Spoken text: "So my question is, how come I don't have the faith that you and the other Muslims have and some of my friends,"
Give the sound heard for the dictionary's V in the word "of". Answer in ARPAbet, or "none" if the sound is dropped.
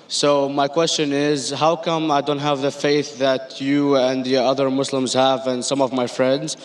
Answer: V